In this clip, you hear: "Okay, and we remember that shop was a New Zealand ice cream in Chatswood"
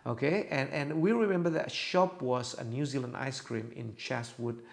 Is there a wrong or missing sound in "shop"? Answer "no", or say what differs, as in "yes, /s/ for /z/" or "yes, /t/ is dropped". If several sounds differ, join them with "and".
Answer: no